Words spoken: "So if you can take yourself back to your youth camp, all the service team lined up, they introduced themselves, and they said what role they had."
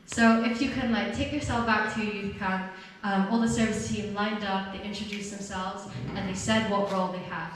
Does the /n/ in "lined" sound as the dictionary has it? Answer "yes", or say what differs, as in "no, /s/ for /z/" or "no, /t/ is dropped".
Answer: yes